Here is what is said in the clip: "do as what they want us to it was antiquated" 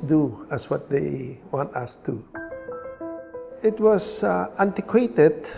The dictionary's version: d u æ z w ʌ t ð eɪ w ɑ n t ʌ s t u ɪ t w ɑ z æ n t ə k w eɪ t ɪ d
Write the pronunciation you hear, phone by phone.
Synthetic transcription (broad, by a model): d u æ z w ʌ t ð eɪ w ɑ n t ʌ s t u ɪ t w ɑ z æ n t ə k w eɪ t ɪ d